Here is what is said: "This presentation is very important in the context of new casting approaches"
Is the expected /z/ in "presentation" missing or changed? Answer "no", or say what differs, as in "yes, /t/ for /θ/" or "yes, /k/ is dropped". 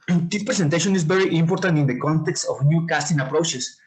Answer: yes, /s/ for /z/